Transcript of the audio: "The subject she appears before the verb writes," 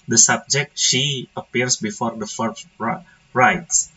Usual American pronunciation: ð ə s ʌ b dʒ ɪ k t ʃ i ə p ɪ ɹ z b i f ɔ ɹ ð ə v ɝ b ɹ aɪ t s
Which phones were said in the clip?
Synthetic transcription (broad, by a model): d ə s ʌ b dʒ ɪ k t ʃ i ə p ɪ ɹ s b i f ɔ ɹ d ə f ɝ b ɹ aɪ t s